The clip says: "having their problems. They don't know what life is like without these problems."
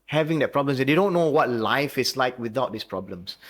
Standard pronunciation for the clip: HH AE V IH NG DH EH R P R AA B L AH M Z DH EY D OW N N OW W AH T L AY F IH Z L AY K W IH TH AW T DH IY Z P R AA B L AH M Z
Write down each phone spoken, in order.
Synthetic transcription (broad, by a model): HH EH V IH NG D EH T P R AA B L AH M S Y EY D OW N N OW W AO T L AY F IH S L AY K W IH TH AW T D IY S P R AA B L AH M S